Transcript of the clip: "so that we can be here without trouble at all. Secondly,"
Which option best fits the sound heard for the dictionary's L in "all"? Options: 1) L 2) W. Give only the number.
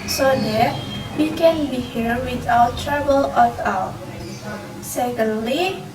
2